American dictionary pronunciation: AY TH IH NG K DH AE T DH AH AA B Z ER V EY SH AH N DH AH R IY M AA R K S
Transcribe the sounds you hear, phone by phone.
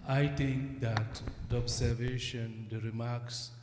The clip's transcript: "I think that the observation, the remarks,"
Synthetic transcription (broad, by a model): AY T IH NG K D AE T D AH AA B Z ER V EY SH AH N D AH R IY M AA R K S